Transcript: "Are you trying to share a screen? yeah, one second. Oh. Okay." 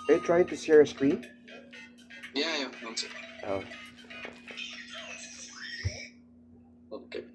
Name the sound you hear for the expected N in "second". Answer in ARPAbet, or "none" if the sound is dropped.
none